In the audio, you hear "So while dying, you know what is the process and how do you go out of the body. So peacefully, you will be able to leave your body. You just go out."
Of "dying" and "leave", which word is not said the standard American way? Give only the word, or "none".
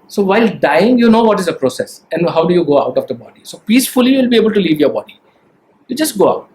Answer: none